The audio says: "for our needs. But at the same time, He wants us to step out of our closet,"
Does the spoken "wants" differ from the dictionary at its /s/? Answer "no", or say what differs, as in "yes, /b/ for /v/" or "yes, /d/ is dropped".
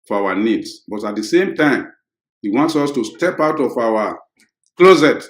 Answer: no